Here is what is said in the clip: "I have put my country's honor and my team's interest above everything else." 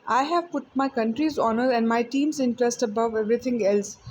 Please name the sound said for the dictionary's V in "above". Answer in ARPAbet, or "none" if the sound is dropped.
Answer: V